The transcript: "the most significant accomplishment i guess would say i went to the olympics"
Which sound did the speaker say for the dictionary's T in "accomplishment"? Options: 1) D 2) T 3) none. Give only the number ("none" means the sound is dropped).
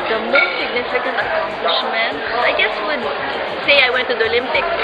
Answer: 3